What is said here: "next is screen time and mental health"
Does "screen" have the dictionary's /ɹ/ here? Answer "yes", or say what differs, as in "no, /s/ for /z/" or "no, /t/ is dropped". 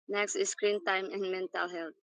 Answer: yes